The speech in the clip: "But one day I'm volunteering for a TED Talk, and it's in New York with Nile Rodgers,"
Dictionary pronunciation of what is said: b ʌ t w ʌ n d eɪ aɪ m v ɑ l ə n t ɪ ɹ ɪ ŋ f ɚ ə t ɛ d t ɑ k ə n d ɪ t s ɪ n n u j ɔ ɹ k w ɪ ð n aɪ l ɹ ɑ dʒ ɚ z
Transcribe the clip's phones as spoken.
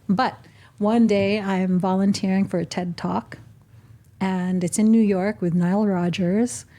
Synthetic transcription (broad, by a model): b ʌ t w ʌ n d eɪ aɪ m v ɑ l ə n t ɪ ɹ ɪ ŋ f ɚ ə t ɛ d t ɑ k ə n ɪ t s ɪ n n u j ɔ ɹ k w ɪ ð n aɪ l ɹ ɑ dʒ ɚ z